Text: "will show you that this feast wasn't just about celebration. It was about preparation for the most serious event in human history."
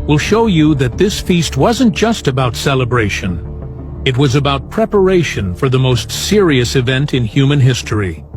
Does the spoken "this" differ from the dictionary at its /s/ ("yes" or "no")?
no